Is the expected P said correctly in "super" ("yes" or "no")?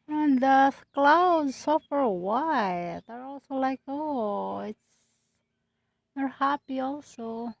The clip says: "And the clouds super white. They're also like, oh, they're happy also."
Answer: no